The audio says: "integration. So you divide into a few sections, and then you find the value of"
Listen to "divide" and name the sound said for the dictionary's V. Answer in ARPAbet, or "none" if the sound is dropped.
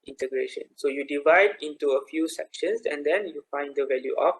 V